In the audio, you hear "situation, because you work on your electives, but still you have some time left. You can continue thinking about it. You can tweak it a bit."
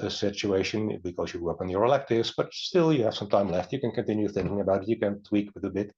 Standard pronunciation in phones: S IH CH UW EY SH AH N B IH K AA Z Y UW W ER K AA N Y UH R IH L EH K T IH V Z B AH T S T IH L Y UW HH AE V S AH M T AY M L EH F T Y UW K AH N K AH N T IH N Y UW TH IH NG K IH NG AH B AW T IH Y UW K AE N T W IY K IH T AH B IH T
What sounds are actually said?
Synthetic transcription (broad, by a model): S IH CH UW EY SH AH N B IH K AA Z Y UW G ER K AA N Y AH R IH L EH K T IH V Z B AH T S T IH L Y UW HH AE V S AH M T AY M L EH F T Y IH K AH N K AH N T IH N Y UW TH IH NG K IH NG AH B AW T IH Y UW K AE N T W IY K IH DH AH B IH T